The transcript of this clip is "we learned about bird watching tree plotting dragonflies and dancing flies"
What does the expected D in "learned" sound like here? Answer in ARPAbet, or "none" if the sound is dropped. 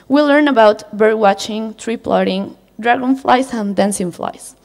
none